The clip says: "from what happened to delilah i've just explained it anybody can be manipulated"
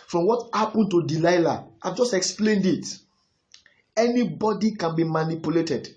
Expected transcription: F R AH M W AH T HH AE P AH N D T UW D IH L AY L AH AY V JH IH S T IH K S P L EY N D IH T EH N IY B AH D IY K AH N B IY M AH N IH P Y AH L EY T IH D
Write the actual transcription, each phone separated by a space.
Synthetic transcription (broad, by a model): F R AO M W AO T HH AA P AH N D T UW D IH L AY L AH AY V JH IH S T IH K S P L EY N D IH T EH N IY B AH D IY K AH N B IY M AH N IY P Y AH L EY T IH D